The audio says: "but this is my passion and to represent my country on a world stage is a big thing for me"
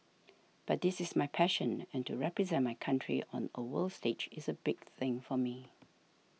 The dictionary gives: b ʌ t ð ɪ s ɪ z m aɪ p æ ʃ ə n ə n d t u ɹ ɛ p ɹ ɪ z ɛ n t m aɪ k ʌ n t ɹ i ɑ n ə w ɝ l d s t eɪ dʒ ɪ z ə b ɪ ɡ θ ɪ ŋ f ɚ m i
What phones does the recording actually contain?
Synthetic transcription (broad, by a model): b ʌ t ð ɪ s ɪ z m aɪ p æ ʃ ə n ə n t u ɹ ɛ p ɹ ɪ z ɛ n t m aɪ k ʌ n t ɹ i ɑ n ə w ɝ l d s t eɪ dʒ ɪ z ə b ɪ ɡ θ ɪ ŋ f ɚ m i